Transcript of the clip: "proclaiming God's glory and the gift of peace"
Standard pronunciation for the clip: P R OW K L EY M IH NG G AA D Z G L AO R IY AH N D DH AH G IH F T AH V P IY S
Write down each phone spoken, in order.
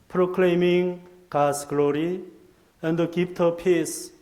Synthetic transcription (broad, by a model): P R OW K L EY M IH NG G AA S G L AO R IY AH N D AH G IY P T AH P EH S